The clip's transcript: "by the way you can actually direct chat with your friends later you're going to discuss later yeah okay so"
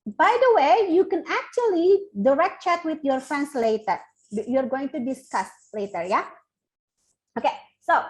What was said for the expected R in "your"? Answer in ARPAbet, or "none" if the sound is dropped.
R